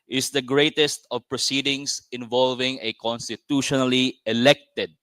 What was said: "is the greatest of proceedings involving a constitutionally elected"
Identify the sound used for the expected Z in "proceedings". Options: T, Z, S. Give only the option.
S